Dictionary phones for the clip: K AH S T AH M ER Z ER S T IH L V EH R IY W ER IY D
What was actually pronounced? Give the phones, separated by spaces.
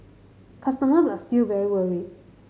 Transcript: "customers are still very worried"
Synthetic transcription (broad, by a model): K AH S T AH M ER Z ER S T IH L V EH R IY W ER IY